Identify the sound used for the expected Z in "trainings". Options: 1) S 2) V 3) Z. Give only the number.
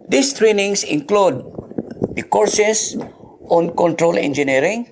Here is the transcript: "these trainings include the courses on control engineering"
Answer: 1